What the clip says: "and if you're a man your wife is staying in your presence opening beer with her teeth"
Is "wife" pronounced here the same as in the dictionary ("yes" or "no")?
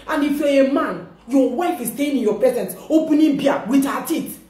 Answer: yes